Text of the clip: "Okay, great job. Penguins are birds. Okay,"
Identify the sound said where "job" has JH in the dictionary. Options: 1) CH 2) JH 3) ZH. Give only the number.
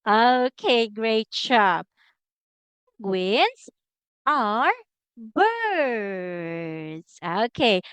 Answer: 1